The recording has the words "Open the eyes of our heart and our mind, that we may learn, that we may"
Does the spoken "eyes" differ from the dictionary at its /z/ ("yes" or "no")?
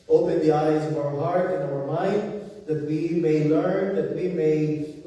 no